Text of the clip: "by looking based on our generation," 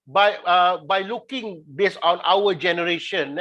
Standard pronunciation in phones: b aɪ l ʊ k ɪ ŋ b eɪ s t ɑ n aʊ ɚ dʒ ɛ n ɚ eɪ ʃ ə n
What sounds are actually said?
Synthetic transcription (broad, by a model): b aɪ l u k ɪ ŋ b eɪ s ɑ n aʊ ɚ dʒ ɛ n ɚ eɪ ʃ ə n